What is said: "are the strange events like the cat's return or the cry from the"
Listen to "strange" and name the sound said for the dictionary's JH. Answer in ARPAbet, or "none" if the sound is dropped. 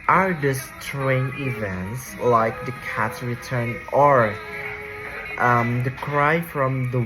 none